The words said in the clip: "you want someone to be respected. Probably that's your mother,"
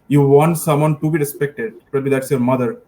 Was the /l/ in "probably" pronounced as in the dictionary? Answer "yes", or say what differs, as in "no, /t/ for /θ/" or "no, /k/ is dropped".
no, /l/ is dropped